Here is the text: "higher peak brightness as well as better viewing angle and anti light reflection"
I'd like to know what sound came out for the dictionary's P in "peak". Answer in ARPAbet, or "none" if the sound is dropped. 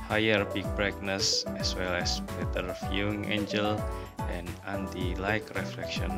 B